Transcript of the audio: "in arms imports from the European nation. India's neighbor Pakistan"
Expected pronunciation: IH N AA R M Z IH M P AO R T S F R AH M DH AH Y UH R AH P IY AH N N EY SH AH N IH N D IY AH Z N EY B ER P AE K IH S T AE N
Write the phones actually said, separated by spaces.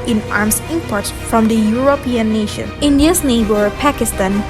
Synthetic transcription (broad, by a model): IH N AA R M S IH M P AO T F R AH M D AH Y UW R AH P IY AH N N EY SH AH N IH N D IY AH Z N EY B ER P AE K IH S T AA N